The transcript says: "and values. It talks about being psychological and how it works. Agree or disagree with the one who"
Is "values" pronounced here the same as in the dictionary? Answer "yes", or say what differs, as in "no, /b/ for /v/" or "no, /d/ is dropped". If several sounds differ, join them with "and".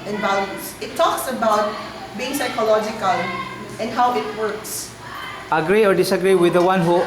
no, /s/ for /z/